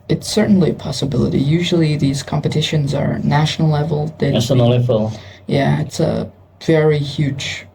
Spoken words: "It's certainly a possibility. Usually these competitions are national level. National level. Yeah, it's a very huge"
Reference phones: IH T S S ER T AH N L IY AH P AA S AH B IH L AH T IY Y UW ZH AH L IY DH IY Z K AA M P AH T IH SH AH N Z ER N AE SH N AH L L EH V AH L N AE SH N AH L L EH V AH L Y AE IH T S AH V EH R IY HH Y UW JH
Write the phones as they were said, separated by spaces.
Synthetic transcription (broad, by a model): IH T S S ER T N L IY AH P AA S AH B IH L AH T IY Y UW ZH L IY DH IY Z K AA M P AH T IH SH AH N Z ER N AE SH N L L EH V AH L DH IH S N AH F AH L Y AE IH T S AH V EH R IY HH Y UW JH